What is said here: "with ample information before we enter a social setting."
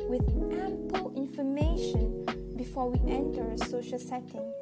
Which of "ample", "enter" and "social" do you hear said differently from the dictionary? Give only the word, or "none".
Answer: none